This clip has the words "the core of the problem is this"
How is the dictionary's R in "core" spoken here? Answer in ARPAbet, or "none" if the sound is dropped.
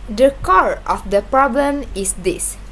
R